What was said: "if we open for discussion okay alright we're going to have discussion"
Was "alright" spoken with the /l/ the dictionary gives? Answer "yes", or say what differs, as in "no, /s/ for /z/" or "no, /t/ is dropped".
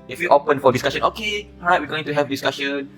no, /l/ is dropped